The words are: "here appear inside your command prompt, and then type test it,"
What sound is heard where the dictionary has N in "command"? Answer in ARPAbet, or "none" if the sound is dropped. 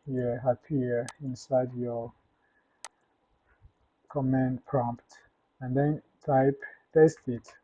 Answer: N